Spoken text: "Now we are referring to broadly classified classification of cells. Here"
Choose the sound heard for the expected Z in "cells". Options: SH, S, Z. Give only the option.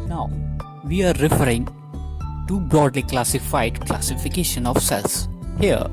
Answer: S